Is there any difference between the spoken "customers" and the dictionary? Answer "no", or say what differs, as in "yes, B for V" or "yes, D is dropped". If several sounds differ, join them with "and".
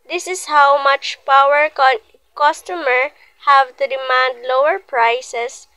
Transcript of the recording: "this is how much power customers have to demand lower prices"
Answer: yes, Z is dropped